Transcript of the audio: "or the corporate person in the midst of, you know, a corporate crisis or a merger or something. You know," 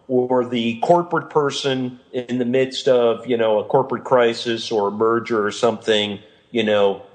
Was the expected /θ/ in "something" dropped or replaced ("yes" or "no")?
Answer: no